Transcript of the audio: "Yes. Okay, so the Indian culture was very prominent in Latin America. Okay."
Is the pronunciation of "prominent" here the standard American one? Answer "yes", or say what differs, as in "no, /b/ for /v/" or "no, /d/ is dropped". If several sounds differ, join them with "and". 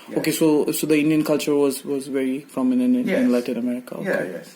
no, /f/ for /p/ and /t/ is dropped